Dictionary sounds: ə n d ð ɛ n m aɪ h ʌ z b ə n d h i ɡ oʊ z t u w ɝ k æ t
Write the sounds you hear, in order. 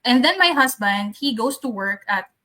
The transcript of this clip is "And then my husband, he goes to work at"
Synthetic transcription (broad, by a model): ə n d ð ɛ n m aɪ h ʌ s b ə n d h i ɡ oʊ s t u w ɝ k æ t